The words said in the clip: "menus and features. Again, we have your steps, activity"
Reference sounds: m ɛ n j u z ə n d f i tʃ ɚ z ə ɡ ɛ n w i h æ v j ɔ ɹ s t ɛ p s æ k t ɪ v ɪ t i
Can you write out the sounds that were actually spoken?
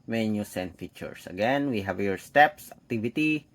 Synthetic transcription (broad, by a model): m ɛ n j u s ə n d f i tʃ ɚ s ə ɡ ɛ n w i h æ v j ɔ ɹ s t ɛ p s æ k t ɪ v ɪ t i